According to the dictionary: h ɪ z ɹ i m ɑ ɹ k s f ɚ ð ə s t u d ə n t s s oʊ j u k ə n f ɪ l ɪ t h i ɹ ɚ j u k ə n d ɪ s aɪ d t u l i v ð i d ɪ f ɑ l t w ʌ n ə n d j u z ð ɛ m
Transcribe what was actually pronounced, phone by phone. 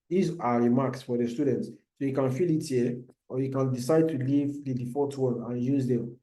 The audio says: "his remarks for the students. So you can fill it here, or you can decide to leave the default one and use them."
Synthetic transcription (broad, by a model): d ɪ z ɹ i m ɑ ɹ k s f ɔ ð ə s t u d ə n t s s oʊ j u k ə n f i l ɪ t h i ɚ j u k ə n d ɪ s aɪ d t u l i v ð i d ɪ f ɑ t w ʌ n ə n j u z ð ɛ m